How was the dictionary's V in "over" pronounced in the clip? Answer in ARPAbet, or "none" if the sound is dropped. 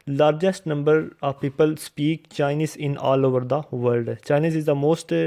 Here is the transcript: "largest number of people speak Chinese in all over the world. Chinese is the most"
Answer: V